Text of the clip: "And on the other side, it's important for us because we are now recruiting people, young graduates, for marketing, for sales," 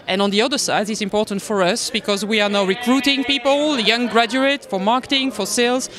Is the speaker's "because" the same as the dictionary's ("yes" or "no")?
yes